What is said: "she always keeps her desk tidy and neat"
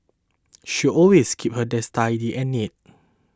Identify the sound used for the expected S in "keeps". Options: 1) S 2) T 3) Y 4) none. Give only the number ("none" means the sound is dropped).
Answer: 4